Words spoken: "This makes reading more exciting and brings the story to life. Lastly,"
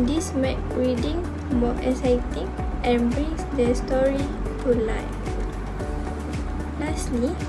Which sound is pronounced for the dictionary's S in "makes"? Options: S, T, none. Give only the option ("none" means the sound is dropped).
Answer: none